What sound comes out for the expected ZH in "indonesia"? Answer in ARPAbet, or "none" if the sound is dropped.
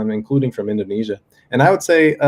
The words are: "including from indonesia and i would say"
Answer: ZH